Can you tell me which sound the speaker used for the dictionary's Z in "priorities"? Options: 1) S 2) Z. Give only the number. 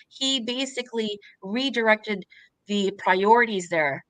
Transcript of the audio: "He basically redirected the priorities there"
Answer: 2